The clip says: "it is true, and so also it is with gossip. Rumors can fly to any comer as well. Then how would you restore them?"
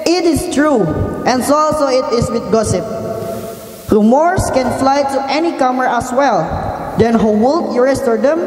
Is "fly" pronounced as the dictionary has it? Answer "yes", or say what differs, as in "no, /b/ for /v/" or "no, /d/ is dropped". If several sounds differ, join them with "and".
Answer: yes